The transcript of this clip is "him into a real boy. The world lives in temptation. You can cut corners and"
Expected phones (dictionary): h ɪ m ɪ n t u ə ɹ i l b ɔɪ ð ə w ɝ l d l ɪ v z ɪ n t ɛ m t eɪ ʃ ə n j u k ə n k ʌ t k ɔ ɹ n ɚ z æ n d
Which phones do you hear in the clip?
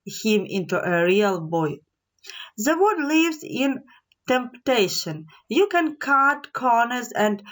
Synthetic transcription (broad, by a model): h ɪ m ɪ n t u ə ɹ i l b ɔɪ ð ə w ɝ d l ɪ v z ɪ n t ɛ m t eɪ ʃ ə n j u k ə n k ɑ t k ɔ ɹ n ɚ z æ n d